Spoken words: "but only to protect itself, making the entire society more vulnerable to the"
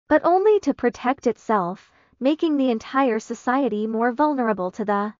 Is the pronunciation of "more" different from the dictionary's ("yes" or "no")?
no